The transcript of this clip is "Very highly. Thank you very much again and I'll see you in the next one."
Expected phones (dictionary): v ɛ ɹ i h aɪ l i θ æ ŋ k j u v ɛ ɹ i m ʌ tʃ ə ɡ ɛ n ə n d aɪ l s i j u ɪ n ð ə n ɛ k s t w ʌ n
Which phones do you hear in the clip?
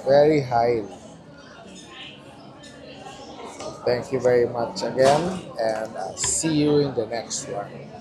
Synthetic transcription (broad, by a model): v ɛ ɹ i h aɪ l i t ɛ ŋ k j u v ɛ ɹ i m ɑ tʃ ə ɡ ɛ n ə n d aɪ s i j u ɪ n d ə n ɛ k s t w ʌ n